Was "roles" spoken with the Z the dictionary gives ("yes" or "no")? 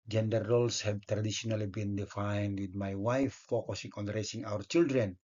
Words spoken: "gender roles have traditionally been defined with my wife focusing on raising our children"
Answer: no